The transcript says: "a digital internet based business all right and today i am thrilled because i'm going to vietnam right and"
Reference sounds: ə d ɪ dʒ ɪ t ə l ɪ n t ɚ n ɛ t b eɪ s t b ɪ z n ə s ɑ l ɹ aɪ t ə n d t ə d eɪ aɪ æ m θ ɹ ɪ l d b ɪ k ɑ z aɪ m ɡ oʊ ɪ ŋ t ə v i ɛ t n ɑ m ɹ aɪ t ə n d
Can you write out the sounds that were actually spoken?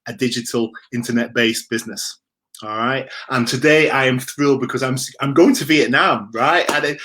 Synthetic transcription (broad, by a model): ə d ɪ dʒ ɪ t ə l ɪ n t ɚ n ɛ t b eɪ s b ɪ z n ə s ɑ l ɹ aɪ t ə n t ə d eɪ aɪ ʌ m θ ɹ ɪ l b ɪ k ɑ z aɪ m ɡ oʊ ɪ ŋ t ə b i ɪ t n ɑ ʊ ɹ aɪ t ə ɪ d